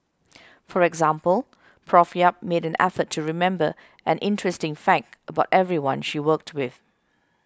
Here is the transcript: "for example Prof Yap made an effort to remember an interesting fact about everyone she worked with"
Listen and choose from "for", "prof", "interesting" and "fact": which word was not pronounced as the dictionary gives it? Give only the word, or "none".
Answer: none